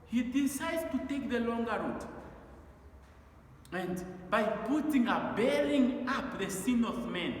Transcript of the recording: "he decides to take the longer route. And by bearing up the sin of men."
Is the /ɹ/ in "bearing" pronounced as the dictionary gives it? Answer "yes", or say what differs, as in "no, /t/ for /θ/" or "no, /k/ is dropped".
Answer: no, /l/ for /ɹ/